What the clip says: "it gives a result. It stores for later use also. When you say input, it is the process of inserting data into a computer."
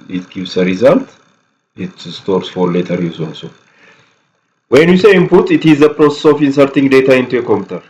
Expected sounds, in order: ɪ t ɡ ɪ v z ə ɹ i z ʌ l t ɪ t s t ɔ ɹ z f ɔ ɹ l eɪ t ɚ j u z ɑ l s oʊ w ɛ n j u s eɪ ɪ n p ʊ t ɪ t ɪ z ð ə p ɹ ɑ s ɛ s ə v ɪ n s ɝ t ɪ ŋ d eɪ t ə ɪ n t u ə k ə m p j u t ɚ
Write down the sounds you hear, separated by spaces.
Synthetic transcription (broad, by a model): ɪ t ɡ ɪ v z ə ɹ i z ʌ l t ɪ t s t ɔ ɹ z f ɔ ɹ l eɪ t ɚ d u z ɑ n s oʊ w ɛ n j u s eɪ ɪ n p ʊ t ɪ t ɪ z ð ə p ɹ ɑ s ɛ s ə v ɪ n s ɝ t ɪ ŋ d eɪ t ə ɪ n t u ə k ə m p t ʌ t